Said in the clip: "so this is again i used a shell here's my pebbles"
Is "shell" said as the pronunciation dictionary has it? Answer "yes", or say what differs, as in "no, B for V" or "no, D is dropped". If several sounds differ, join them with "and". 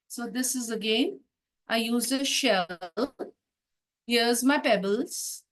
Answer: yes